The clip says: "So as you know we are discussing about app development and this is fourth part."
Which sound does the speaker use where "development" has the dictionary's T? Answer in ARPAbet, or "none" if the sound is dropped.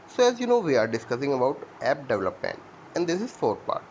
none